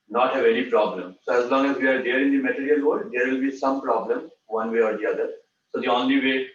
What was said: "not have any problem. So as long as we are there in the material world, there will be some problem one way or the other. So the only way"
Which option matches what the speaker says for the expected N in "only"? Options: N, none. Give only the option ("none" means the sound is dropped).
N